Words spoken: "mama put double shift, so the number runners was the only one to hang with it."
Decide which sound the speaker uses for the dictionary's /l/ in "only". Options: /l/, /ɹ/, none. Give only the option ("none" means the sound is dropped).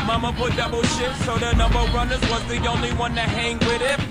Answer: /l/